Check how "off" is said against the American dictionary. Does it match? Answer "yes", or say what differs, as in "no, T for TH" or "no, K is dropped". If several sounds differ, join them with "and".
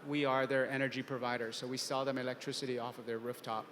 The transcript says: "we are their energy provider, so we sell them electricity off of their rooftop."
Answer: yes